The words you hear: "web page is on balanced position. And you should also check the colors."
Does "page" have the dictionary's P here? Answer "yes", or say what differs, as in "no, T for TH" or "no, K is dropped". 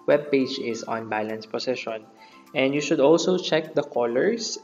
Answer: yes